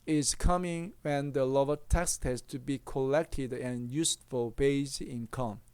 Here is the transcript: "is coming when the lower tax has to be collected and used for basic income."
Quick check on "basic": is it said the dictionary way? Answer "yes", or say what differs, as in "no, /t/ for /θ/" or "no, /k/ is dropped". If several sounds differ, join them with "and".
no, /s/ is dropped